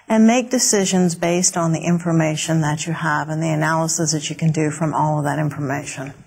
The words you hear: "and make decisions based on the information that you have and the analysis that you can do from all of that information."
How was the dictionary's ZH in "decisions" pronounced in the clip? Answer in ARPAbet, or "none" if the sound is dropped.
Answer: ZH